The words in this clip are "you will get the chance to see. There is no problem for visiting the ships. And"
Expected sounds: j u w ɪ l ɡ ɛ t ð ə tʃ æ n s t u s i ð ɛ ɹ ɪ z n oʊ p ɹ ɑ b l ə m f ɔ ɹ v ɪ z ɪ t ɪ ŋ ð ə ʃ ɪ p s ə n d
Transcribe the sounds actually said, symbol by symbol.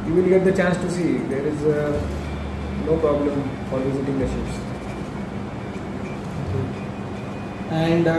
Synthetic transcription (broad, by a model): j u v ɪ l ɡ ɛ t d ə tʃ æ n s t u s i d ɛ ɹ ɪ z n oʊ p ɹ ɑ b l ə m f ɔ ɹ v ɪ z ɪ t ɪ ŋ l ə s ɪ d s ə n d